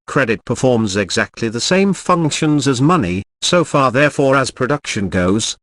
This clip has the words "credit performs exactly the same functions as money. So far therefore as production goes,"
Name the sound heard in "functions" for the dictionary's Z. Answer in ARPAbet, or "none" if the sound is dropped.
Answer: Z